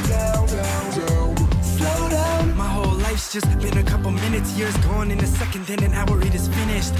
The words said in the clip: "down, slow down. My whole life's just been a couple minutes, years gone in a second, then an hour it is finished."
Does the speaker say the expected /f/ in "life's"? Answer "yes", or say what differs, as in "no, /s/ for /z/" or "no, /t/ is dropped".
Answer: yes